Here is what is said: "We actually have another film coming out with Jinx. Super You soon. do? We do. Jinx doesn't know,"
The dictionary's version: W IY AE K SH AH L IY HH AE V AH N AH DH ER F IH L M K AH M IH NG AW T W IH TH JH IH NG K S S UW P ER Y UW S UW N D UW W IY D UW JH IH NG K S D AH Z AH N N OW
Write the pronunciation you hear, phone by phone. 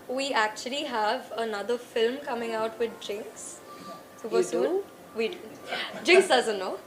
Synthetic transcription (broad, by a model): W IY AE K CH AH L IY HH AE V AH N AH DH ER F IH L M K AH M IH NG AW T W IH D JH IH NG K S S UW ER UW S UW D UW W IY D JH IH NG K S D AH Z AH N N OW